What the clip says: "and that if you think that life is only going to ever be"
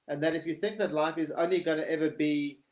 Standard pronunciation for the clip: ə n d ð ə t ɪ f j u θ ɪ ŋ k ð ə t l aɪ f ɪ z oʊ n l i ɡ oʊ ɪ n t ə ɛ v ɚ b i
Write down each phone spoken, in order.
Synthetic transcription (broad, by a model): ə n ð ə t ɪ f j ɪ θ ɪ ŋ k ð ə t l aɪ f ɪ z oʊ n l i ɡ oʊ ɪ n t ɛ v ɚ b i